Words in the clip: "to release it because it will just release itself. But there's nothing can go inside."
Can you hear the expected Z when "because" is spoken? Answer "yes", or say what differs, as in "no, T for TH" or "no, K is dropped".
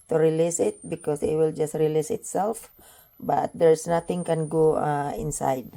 no, S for Z